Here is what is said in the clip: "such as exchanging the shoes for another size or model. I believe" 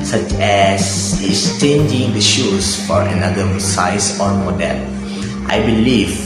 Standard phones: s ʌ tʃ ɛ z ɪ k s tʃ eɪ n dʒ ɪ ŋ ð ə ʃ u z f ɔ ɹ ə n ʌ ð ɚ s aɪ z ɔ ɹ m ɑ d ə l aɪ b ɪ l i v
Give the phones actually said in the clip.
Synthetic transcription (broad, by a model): s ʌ tʃ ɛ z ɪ s tʃ eɪ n dʒ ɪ ŋ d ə ʃ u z f ɔ ɹ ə n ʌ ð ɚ s aɪ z ɔ ɹ m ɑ d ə l aɪ b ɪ l i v